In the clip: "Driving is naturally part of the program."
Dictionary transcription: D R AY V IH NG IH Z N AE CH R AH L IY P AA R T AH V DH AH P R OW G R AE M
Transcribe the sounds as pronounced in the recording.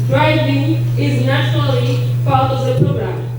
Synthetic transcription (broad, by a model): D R AY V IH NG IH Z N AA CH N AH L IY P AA L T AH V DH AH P R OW G R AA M